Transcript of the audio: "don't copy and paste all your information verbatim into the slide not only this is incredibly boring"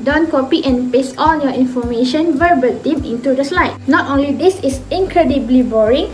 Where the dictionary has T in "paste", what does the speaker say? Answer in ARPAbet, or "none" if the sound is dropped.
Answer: none